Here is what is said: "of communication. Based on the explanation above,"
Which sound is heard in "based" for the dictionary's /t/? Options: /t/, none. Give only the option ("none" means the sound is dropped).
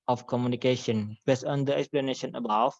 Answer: none